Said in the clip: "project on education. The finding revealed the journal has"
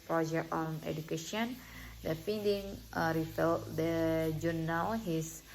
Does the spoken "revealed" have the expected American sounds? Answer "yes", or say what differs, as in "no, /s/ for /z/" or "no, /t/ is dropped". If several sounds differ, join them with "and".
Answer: no, /f/ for /v/